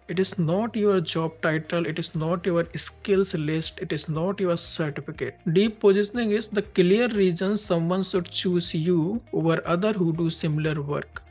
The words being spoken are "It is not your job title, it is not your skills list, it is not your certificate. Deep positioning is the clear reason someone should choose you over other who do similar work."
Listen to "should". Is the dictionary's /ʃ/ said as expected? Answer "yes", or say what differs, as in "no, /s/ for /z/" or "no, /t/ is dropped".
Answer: no, /s/ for /ʃ/